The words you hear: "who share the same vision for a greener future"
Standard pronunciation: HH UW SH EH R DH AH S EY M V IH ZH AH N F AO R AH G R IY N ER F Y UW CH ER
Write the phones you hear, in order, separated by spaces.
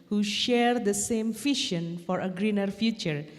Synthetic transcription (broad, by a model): HH UW SH EH R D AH S EY M F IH SH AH N F AO R AH G R IY N ER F Y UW CH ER